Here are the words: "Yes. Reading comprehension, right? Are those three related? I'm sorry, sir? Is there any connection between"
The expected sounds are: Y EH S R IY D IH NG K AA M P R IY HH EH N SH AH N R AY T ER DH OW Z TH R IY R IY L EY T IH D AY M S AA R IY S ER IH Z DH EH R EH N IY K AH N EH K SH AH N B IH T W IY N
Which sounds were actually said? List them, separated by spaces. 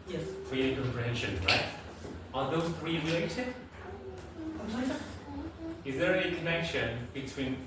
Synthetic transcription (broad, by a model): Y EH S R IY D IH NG K AA M P R IY HH EH N SH AH N R AY T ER DH OW Z TH R IY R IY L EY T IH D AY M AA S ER IH Z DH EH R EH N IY K AH N EH K SH AH N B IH T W IY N